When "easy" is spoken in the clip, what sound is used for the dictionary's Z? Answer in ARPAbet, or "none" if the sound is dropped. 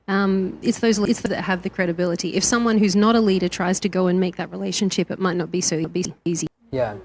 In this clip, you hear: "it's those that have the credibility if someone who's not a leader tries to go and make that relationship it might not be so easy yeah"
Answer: Z